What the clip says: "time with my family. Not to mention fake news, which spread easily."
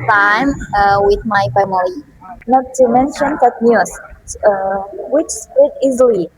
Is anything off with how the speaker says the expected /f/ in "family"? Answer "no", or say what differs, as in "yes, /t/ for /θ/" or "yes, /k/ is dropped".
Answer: yes, /p/ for /f/